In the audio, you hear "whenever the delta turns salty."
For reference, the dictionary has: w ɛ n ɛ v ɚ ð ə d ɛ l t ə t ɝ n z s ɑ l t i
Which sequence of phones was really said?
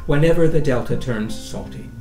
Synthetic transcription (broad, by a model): w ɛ n ɛ v ɚ ð ə d ɛ l t ə t ɝ n z s ɑ l t i